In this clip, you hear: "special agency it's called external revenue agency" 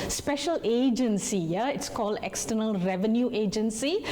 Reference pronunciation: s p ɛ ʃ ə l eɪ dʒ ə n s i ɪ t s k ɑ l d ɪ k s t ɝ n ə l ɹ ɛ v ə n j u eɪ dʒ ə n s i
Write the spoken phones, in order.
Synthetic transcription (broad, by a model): s p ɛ ʃ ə l eɪ dʒ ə n s i ɪ t s k ɑ l d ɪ k s t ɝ n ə l ɹ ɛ v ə n j u eɪ dʒ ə n s i